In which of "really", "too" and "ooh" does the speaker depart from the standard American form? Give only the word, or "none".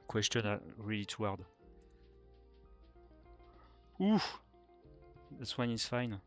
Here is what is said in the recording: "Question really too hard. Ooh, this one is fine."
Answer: none